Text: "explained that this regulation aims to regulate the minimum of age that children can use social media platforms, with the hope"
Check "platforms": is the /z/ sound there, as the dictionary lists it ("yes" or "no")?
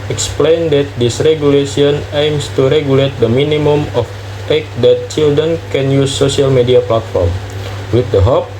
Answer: no